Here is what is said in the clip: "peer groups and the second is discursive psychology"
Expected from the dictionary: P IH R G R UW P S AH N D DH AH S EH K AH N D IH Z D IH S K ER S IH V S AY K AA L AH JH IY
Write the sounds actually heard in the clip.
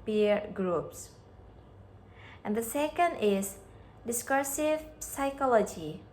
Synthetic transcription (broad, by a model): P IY R G R UW P S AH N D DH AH S EH K AH N D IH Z D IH S K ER S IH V S AY K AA L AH JH IY